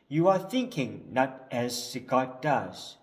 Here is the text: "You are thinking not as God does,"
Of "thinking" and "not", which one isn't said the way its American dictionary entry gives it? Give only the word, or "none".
none